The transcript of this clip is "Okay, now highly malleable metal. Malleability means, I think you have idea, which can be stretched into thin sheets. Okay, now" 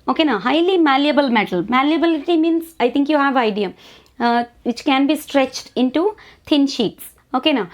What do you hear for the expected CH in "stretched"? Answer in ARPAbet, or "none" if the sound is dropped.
CH